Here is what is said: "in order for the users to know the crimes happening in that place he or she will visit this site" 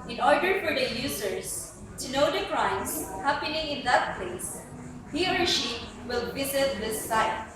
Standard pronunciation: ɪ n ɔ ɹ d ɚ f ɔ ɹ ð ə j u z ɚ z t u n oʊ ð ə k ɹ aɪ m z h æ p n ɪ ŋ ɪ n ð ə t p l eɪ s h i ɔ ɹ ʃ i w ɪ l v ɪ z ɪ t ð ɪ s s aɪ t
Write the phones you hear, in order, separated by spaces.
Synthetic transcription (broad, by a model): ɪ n ɔ ɹ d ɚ f ɔ ɹ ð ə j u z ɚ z t u n oʊ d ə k ɹ aɪ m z h æ p n ɪ ŋ ɪ n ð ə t p l eɪ s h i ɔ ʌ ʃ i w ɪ l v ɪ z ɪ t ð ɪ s s aɪ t